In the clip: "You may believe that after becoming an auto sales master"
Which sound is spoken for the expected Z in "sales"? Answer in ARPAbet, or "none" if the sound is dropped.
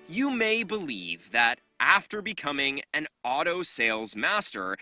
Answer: Z